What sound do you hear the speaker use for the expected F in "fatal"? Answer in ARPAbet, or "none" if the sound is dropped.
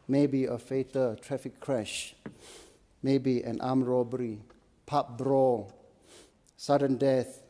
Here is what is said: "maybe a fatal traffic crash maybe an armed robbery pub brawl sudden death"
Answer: F